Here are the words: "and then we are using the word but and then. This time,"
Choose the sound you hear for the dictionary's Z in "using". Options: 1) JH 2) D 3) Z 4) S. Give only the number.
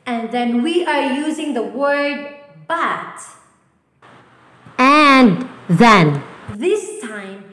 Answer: 3